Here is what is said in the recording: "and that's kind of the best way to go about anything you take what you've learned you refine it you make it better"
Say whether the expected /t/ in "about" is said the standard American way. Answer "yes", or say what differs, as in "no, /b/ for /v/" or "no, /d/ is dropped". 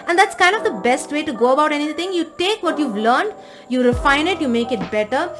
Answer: yes